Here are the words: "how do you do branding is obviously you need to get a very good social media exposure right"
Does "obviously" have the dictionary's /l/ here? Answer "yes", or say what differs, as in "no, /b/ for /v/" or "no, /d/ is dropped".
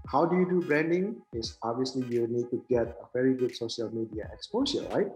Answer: yes